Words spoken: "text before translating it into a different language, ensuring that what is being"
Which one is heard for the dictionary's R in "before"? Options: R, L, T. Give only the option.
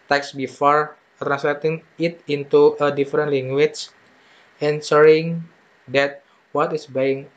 R